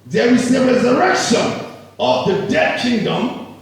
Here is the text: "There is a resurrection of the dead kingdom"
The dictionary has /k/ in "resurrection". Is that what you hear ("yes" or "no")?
yes